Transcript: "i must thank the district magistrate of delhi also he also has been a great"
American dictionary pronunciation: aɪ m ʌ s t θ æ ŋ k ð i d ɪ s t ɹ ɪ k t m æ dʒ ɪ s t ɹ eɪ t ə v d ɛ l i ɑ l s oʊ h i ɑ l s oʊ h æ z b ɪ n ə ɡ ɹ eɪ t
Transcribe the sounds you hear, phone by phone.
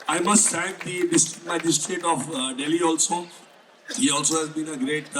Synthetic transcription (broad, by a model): aɪ m ʌ s t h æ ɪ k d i d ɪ s t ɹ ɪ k m æ dʒ ɪ s t ɹ eɪ t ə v d ɛ l i ɑ l s oʊ h i ɑ l s oʊ h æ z b ɪ n ə ɡ ɹ eɪ t